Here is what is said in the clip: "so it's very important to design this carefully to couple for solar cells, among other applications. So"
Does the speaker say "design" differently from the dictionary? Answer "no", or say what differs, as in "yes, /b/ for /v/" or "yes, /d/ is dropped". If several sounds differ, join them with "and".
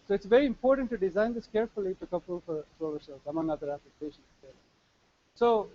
no